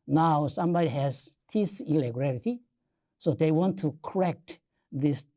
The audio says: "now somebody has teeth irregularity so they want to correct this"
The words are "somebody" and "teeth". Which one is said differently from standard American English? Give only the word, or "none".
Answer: teeth